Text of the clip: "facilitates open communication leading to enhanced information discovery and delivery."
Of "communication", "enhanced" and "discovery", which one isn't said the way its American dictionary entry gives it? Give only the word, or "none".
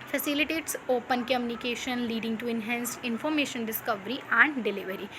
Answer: enhanced